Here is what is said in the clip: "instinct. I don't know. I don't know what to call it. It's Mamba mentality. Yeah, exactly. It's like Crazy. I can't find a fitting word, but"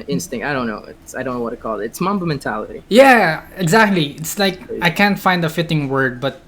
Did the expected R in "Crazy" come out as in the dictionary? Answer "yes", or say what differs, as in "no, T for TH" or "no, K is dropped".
no, R is dropped